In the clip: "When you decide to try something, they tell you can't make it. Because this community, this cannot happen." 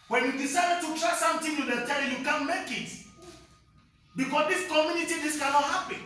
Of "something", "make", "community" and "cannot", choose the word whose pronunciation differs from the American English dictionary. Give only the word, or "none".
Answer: something